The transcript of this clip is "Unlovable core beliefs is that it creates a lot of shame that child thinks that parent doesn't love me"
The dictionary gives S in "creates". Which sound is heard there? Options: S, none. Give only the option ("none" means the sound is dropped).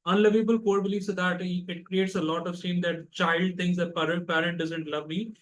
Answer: S